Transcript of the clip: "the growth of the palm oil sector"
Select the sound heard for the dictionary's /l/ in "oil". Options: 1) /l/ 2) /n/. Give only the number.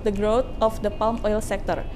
1